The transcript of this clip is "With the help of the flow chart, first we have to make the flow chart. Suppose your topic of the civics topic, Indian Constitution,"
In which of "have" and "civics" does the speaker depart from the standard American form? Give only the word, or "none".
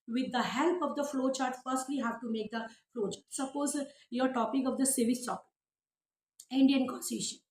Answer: civics